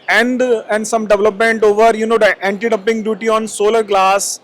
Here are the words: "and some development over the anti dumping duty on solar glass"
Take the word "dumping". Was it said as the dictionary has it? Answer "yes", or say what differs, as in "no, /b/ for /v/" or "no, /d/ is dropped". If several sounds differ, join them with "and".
no, /m/ is dropped